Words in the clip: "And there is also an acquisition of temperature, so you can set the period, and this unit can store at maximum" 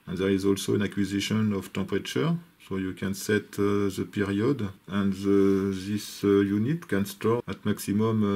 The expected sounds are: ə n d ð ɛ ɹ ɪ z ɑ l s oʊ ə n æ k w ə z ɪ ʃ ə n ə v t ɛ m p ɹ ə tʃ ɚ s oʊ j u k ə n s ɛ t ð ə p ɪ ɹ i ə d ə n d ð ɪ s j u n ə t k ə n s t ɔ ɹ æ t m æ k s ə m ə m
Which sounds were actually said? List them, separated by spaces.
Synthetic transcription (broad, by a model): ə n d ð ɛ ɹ ɪ z ɑ l s oʊ ə n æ k w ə z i ʃ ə n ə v t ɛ p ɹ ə tʃ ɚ s oʊ j u k ə n s ɛ t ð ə p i ɹ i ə d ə n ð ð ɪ s j u n ə t k ə n s t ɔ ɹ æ t m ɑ k s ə m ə m